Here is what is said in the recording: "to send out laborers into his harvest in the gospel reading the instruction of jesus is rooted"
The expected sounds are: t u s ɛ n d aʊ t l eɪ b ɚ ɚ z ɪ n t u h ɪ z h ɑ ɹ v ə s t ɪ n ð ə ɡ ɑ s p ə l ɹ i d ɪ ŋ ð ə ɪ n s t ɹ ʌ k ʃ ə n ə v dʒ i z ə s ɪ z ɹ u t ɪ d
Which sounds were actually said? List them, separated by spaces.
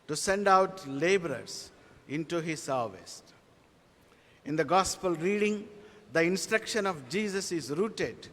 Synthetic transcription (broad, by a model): t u s ɛ n d aʊ t l eɪ b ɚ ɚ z ɪ n t u h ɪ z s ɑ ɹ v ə s t ɪ n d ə ɡ ɑ s p ə l ɹ i d ɪ ŋ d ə ɪ n s t ɹ ʌ k ʃ ə n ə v dʒ i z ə s ɪ z ɹ u t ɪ d